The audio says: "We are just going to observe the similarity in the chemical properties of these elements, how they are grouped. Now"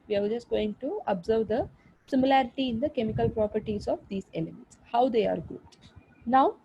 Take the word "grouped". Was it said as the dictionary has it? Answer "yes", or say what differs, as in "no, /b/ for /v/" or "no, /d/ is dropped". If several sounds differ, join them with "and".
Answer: no, /ɹ/ is dropped